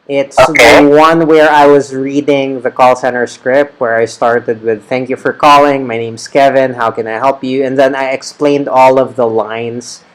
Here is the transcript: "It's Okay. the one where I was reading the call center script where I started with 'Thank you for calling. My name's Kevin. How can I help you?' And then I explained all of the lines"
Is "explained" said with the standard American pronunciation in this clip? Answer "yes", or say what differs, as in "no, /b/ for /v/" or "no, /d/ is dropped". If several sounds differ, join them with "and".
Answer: yes